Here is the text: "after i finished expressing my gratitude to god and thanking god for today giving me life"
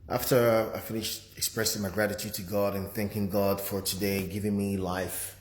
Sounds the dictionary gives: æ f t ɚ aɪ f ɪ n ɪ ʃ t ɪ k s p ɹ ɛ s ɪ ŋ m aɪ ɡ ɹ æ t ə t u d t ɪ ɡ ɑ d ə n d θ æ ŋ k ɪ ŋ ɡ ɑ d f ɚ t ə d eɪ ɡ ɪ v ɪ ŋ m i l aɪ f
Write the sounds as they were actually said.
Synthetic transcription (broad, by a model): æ f t ɚ aɪ f ɪ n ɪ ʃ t ɪ k s p ɹ ɛ s ɪ ŋ m aɪ ɡ ɹ æ t ə t u d t ɪ ɡ ɑ d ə n θ æ ŋ k ɪ ŋ ɡ ɑ d f ɚ t ə d eɪ ɡ ɪ v ɪ ŋ m i l aɪ f